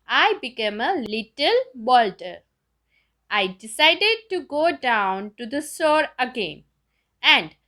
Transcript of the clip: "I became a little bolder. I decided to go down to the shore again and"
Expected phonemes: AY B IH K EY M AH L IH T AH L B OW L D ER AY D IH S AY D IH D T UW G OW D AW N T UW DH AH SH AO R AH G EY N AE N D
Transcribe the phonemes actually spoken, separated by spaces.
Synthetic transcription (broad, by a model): AY B IH K EY M AH L IH T AH L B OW L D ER AY D IH S AY D IH D T UW G OW D AW N T UW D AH S AO R AH G EY N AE N D